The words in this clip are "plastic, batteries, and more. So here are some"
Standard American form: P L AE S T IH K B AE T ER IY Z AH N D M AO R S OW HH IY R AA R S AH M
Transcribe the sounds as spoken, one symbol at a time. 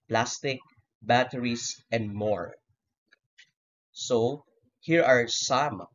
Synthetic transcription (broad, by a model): P L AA S T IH K B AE T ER IY S AH N D M AO R S OW HH IY R AA R S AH M